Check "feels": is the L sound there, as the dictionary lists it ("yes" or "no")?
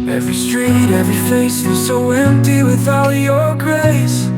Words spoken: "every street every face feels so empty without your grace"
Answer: no